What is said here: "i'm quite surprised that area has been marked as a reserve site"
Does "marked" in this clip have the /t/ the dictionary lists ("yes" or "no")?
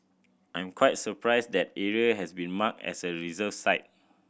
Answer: no